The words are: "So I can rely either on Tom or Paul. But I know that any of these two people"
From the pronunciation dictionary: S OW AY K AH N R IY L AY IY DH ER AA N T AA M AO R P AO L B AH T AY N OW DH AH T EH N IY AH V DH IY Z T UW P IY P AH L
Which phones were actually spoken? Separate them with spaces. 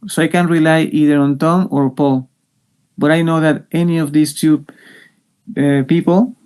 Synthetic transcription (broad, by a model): S OW AY K AH N R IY L AY IY DH ER AA N T AA M AO R P AO L B AH T AY N OW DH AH T EH N IY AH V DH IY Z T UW P IY P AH L